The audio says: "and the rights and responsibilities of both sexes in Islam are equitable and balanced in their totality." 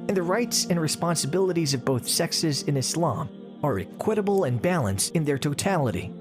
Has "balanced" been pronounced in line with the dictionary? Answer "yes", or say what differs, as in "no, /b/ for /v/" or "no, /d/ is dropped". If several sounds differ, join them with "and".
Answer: yes